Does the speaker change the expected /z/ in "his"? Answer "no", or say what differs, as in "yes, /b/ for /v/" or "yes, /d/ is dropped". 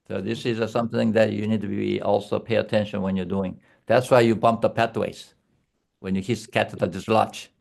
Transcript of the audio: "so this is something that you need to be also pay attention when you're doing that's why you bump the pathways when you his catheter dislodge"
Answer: yes, /s/ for /z/